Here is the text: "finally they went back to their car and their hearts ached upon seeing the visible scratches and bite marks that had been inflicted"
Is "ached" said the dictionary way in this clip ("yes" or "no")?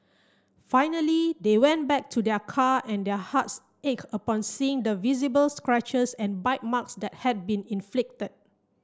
no